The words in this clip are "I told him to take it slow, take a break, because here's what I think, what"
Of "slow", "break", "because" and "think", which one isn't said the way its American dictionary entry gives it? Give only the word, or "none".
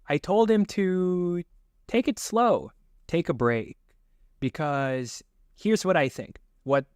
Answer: none